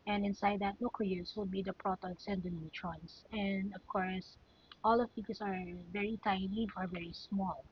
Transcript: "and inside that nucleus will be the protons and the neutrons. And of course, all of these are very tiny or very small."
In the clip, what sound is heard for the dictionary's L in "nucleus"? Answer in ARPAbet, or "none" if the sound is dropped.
none